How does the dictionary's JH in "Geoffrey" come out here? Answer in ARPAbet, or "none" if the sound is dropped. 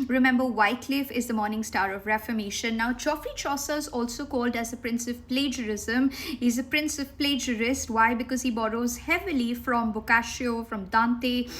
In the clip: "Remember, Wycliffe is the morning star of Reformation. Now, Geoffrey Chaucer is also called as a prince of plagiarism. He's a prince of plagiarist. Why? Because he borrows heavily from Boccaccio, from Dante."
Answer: CH